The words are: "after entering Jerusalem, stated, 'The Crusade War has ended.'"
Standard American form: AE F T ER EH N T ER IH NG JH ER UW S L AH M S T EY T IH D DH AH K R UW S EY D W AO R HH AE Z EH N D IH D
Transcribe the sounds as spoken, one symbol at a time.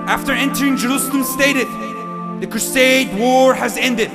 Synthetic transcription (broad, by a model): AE F T ER EH N T ER IH NG JH ER UW S L AH M S T EY T IH D DH AH K R UW S EY D W AO R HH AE Z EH N D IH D